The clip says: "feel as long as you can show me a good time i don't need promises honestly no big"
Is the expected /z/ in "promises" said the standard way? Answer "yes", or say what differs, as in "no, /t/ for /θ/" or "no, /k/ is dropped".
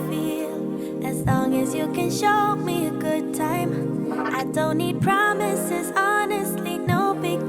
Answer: yes